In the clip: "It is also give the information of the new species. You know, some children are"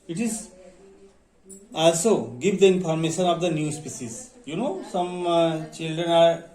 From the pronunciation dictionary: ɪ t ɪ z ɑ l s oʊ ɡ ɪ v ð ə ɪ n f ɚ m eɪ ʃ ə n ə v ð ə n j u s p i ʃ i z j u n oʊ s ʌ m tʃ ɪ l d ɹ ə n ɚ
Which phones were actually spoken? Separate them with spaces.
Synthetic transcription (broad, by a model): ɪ t ɪ z ɑ l s oʊ ɡ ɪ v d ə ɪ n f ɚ m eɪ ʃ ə n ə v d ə n j u s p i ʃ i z j u n oʊ s ʌ m tʃ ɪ l d ɹ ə n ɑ